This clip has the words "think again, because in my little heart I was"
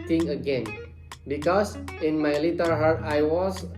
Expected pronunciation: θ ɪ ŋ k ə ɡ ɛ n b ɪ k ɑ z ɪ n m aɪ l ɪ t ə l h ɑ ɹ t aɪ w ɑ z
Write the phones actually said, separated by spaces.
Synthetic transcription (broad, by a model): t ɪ ŋ ə ɡ ɛ n b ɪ k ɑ s ɪ n m aɪ l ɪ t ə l h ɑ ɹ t aɪ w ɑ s